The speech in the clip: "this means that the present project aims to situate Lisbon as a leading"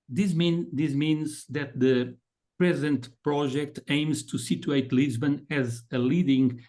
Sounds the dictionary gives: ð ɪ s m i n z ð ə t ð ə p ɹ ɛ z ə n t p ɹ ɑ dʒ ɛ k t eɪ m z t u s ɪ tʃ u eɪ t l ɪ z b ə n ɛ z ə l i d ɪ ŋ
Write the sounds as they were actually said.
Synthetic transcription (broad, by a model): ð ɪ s m i n z ð ə t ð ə p ɹ ɛ z ə n t p ɹ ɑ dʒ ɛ k t eɪ m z t u s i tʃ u eɪ t l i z b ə n ɛ z ə l i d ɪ ŋ